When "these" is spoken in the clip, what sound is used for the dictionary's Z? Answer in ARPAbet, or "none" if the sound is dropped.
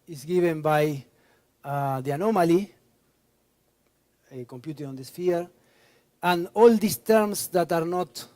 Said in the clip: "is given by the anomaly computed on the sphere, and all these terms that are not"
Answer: S